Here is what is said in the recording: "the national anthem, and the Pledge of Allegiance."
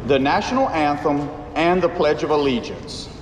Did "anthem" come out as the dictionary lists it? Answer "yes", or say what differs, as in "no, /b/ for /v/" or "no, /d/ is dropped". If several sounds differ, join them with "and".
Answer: yes